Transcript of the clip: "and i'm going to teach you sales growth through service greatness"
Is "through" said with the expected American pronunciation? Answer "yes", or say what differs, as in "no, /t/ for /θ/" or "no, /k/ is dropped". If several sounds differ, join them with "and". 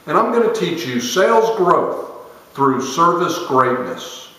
yes